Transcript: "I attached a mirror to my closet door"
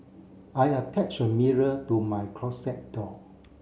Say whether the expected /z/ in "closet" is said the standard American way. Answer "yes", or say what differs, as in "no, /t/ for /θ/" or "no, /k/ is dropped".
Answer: no, /s/ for /z/